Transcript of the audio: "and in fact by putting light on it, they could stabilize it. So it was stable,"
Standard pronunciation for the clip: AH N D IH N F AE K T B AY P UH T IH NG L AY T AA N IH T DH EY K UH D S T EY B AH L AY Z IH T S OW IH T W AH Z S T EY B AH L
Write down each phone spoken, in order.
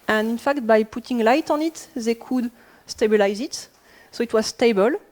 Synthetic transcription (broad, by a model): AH N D IH N F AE K T B AY P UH T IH NG L AY T AA N IH T DH EY K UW D S T EY B AH L AY Z IH T S OW IH T W AH Z S T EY B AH L